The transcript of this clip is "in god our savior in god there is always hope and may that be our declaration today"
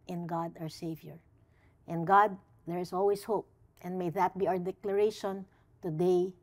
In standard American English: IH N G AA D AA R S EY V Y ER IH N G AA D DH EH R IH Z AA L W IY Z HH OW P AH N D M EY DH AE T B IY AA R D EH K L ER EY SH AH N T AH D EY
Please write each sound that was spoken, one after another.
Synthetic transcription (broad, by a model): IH N G AA D AA R S EY V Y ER IH N G AA D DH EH R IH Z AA L W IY S HH OW P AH N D M EY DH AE T B IY AA R D EH K L ER EY SH AH N T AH D EY